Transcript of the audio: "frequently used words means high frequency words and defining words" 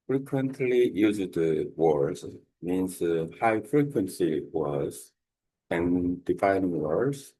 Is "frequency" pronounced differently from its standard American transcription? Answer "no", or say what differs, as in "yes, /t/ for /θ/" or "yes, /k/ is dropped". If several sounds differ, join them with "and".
no